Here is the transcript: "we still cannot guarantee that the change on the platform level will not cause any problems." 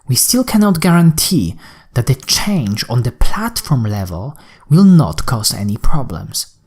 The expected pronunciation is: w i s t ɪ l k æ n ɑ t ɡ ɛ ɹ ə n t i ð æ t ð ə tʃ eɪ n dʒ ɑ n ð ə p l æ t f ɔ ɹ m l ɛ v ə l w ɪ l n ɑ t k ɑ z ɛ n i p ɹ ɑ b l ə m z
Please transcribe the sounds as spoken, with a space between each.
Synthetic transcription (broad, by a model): w i s t ɪ l k æ n ɑ t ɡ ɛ ɹ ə n t i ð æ t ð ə tʃ eɪ n dʒ ɑ n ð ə p l æ t f ɔ ɹ m l ɛ v ə l w ɪ l n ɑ t k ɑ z ɛ n i p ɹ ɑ b l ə m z